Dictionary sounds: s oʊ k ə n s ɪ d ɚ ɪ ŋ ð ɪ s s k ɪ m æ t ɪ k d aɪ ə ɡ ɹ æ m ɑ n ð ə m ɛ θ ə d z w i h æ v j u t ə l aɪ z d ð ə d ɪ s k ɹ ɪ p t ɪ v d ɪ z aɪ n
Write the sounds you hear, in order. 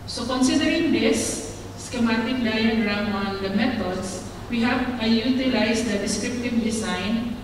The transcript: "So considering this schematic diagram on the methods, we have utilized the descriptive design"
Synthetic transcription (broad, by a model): s oʊ k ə n s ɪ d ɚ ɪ ŋ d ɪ s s k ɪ m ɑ t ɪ k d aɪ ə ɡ ɹ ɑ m ɑ n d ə m ɛ t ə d s w i h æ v j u t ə l aɪ s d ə d ɪ s k ɹ ɪ p t ɪ v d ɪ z aɪ n